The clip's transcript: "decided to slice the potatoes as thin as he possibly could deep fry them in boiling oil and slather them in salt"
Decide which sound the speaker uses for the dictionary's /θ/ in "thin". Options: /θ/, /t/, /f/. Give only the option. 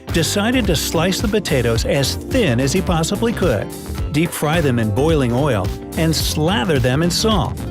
/θ/